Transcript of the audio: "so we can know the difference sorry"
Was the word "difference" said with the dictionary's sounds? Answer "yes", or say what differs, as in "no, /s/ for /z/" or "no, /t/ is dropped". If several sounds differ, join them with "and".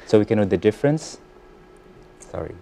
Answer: yes